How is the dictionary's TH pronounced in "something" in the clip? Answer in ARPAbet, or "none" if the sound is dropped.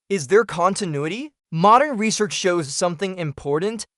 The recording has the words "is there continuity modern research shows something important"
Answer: TH